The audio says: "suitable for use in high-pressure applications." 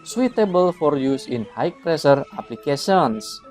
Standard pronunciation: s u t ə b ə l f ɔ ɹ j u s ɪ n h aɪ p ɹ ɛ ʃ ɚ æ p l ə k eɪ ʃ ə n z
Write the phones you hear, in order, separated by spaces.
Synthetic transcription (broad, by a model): s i t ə b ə l f ɔ ɹ j u s ɪ n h aɪ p ɹ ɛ s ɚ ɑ p l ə k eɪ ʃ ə n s